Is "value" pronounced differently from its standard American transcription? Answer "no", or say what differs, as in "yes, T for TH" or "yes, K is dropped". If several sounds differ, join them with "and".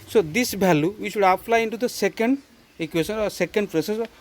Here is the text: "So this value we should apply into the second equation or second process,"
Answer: yes, B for V